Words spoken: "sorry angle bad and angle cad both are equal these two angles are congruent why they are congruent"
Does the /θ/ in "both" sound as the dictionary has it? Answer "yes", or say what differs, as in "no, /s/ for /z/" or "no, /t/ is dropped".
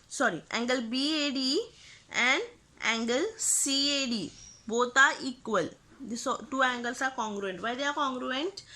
no, /t/ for /θ/